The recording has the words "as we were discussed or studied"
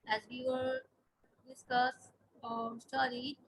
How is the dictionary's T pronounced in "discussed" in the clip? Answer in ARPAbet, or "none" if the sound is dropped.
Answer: none